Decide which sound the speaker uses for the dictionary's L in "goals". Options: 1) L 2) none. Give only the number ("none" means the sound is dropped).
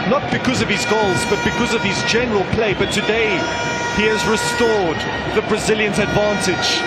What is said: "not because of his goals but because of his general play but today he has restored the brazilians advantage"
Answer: 1